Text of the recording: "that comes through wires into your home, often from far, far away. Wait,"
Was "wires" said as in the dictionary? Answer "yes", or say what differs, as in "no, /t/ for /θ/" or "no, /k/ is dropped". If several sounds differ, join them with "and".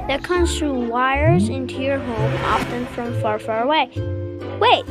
yes